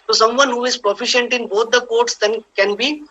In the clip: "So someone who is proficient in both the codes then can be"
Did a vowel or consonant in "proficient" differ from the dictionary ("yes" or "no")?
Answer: no